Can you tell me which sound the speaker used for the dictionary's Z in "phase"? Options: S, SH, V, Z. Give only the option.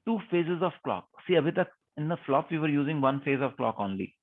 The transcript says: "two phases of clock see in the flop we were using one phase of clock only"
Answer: Z